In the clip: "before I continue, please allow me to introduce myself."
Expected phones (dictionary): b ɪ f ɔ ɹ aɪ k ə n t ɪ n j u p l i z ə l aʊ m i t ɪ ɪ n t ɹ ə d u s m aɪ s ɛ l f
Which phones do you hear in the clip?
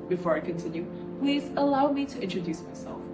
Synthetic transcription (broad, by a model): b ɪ f ɔ ɹ aɪ k ə n t ɪ n j u p l i z ə l aʊ m i t ɪ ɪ n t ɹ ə d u s m aɪ s ɛ l f